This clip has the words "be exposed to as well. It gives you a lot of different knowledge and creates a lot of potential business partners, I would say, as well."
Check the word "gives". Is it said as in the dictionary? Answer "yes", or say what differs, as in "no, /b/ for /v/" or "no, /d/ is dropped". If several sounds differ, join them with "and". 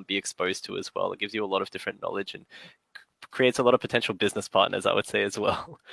yes